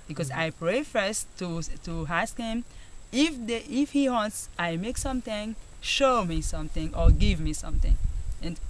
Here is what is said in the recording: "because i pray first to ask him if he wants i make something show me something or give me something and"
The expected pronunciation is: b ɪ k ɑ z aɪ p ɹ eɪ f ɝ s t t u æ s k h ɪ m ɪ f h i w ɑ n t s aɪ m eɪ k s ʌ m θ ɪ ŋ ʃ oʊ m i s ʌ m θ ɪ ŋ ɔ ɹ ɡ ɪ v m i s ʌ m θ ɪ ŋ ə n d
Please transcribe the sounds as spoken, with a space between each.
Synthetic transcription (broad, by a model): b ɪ k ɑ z aɪ p ɹ eɪ f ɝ s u t u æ s k h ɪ m ɪ f h i w ɑ n t s aɪ m eɪ k s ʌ m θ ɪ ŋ ʃ oʊ m i s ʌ m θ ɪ ŋ ɔ ɹ ɡ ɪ v m i s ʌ m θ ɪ ŋ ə n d